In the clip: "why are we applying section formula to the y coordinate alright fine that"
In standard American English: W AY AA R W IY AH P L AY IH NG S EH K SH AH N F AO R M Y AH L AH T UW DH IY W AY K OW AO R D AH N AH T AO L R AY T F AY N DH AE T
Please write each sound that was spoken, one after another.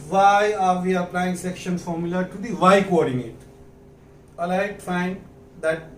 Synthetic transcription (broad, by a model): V AY AA R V IY AH P L AY IH NG S EH K SH AH N F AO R M Y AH L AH T UW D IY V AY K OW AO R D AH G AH T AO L AY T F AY N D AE T